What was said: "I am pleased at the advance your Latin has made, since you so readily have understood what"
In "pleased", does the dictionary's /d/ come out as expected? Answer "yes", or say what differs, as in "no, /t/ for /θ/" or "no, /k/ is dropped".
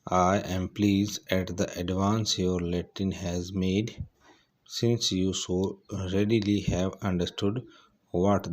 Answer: no, /d/ is dropped